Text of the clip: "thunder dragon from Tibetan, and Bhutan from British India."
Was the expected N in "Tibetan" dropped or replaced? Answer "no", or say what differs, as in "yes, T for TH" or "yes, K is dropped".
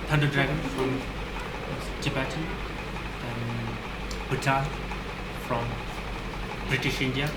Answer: yes, N is dropped